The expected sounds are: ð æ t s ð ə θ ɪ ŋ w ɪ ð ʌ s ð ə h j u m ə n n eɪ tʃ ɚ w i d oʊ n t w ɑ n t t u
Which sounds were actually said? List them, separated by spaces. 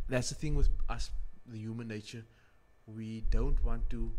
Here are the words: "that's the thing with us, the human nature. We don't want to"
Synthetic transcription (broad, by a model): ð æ t s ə θ ɪ ŋ w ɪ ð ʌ s ð ə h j u m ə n n eɪ tʃ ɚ w i d oʊ n t w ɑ n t t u